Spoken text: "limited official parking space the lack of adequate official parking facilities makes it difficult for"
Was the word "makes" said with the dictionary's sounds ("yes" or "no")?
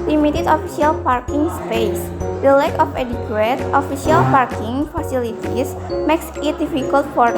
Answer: yes